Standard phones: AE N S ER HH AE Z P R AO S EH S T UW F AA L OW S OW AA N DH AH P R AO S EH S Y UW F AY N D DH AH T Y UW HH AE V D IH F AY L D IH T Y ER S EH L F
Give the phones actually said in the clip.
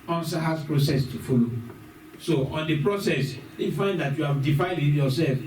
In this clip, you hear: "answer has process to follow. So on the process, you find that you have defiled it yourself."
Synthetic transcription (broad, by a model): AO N S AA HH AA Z P R AO S EH S T UW F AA L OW S OW AA N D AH P R AO S EH S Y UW F AY N D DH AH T Y UW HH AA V D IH F AY N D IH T Y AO S EH L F